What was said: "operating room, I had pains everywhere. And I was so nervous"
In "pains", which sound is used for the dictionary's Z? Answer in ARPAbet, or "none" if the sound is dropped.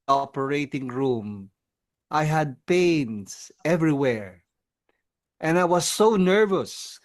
S